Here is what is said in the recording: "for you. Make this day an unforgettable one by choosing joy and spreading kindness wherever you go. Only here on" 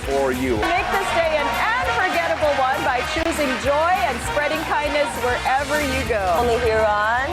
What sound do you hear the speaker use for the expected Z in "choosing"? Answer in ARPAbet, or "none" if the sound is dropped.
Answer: Z